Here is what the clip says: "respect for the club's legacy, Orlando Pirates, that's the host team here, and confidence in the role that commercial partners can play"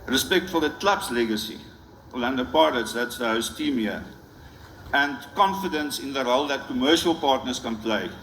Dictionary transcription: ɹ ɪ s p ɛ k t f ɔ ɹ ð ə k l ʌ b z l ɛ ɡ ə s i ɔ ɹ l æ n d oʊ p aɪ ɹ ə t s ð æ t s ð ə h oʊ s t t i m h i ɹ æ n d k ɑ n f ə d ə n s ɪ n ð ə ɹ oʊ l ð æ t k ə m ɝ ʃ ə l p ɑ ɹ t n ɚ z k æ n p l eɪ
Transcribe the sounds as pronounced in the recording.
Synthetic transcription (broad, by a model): ɹ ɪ s p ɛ k t f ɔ l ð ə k l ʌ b s l ɛ ɡ ə s i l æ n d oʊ p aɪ l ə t s ð æ t s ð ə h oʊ s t t i m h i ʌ æ n d k ɑ n f ə d ə n s ɪ n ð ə ɹ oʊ l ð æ t k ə m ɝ ʃ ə l p ɑ ɹ t n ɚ s k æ n p l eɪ